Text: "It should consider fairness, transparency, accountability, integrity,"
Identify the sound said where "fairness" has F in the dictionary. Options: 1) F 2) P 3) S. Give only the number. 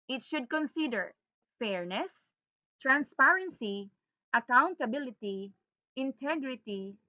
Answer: 1